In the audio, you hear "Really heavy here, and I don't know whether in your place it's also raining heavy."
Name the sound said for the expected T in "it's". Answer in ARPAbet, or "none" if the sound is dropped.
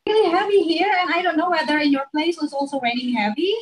S